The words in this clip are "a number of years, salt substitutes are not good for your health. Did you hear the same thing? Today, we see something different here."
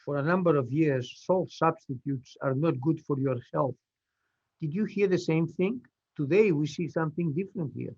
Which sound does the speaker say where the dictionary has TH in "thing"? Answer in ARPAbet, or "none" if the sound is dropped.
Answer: TH